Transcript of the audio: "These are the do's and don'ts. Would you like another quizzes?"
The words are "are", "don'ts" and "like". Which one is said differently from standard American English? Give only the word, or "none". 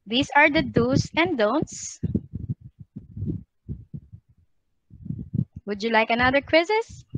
none